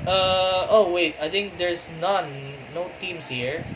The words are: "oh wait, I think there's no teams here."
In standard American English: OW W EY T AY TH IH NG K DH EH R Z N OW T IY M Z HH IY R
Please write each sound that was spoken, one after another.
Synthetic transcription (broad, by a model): OW W EY T AY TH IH NG K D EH R S N OW T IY M S HH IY R